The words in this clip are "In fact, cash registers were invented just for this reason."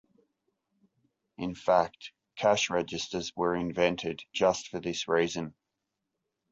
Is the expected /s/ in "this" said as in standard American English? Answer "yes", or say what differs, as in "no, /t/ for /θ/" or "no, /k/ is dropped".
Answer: yes